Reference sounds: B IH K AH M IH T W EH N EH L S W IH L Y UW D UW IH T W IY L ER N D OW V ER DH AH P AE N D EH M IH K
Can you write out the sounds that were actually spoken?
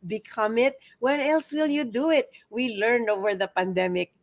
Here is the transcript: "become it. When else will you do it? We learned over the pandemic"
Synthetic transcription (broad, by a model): B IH K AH M IH T W EH N EH L S W IH L Y UW D UW IH T W IY L ER N OW V ER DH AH P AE N D EH M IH K